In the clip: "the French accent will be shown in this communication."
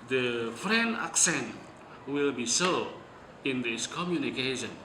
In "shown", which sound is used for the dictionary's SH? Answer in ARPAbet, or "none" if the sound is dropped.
S